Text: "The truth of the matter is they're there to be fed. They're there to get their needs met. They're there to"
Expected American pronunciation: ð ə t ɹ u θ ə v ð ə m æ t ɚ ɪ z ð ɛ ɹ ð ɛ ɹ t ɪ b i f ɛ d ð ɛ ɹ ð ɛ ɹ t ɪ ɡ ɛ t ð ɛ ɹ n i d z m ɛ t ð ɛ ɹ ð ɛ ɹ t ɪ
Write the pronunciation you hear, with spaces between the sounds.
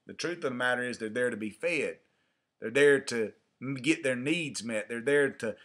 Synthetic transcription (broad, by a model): ð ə t ɹ u θ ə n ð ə m æ t ɚ ɪ z ð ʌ ɹ ð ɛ ɹ t ɪ b i f ɛ d ð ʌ ɹ ð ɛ ɹ t ɪ ɡ ɛ t ð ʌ ɹ n i d z m ɛ t ð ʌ ɹ ð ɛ ɹ t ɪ